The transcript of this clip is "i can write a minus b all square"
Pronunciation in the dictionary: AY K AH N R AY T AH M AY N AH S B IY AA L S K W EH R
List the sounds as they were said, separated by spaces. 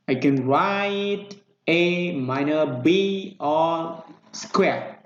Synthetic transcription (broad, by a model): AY K AH N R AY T AH M AY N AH B IY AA S K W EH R